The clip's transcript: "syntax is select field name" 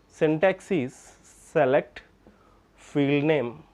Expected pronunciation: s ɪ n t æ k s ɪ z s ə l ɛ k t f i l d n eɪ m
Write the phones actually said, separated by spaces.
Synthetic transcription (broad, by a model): s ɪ n t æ k s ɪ s ə l ɛ k t f i l d n eɪ m